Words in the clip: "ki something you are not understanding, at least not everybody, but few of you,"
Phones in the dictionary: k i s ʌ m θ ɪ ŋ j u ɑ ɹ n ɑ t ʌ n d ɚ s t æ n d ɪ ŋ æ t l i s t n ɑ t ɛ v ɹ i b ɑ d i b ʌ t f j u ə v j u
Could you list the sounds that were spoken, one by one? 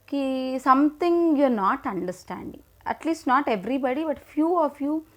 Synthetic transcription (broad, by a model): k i s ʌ m t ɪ ŋ j u ɹ n ɑ t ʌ n d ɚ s t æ n d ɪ ŋ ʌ t l i s t n ɑ t ɛ v ɹ i b ɑ d i b ʌ t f j u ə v j u